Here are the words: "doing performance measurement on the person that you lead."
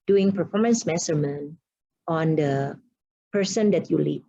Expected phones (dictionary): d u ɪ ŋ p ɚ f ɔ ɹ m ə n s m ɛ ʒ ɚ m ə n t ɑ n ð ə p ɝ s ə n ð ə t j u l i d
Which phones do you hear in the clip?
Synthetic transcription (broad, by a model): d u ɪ ŋ p ɚ f ɔ ɹ m ə n s m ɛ s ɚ m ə n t ɑ n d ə p ɝ s ə n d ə t j u l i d